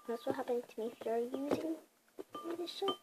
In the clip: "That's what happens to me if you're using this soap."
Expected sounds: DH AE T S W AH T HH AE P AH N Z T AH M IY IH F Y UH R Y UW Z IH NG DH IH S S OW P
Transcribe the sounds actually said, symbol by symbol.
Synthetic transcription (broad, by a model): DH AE T S W AH T HH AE P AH N T AH M IY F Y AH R Y UW Z IH NG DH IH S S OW